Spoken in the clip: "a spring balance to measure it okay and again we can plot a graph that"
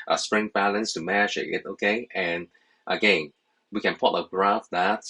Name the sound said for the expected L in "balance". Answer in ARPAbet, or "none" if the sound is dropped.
L